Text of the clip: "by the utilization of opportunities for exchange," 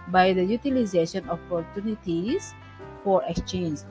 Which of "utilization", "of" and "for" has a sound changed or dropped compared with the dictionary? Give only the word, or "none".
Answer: of